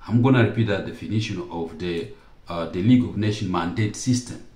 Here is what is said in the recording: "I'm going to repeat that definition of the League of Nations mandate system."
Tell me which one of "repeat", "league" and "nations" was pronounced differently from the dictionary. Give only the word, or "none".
nations